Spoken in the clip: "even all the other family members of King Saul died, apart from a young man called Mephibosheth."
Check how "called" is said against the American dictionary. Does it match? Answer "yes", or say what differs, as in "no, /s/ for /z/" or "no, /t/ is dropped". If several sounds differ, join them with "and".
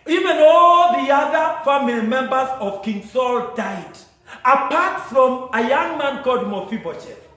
no, /l/ is dropped